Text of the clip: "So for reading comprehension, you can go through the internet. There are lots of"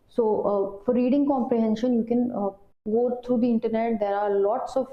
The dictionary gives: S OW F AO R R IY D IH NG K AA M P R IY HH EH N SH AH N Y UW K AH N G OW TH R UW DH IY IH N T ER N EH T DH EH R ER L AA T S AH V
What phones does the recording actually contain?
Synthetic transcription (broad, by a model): S OW F AO R R IY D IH NG K AA M P R IY HH EH N SH AH N Y UW K AH N G OW T R UW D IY IH N T ER N EH T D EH R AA L AA T S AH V